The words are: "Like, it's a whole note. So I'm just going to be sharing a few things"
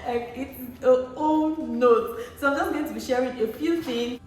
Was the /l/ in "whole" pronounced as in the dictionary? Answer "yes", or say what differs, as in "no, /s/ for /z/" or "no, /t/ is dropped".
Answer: no, /n/ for /l/